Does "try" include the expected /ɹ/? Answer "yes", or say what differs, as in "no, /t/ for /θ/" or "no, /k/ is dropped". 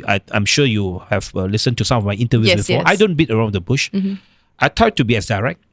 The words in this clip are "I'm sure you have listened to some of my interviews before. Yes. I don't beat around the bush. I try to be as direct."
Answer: no, /ɹ/ is dropped